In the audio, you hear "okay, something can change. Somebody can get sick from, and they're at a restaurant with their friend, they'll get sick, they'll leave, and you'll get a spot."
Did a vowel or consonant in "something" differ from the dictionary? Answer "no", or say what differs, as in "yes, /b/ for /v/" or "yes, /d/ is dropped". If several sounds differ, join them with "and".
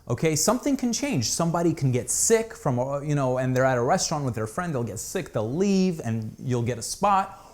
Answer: no